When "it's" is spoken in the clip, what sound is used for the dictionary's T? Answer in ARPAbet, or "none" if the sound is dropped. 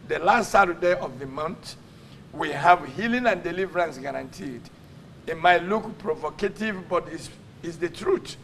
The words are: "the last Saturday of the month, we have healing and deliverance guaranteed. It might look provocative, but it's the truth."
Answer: S